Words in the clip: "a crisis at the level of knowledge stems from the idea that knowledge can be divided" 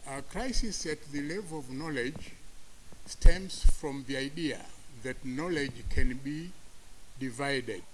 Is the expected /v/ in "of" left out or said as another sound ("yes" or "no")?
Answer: no